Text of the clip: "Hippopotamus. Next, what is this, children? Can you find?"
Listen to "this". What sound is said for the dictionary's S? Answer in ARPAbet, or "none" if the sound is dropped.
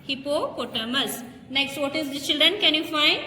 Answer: none